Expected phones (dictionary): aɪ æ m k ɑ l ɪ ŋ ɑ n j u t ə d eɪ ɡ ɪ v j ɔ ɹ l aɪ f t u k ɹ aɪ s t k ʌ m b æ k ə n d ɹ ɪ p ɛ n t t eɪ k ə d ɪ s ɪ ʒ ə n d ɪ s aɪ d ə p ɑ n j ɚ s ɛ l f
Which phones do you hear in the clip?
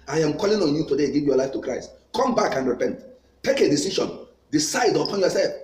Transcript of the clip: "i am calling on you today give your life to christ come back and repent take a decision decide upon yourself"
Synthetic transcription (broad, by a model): aɪ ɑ m k ɑ l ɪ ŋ ɑ n j u t ə d eɪ ɡ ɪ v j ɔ l aɪ f t u k ɹ aɪ s t k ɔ m b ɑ k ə n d ɹ ɪ p ɛ n t t eɪ k ə d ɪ s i ʃ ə n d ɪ s aɪ d ə p ɑ n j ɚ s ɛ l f